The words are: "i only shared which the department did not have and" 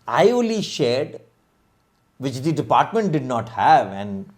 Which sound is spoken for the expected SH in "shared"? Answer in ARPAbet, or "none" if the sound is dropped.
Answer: SH